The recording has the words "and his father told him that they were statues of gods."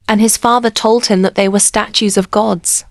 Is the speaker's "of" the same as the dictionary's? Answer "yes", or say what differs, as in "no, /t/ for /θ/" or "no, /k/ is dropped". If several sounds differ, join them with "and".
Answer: yes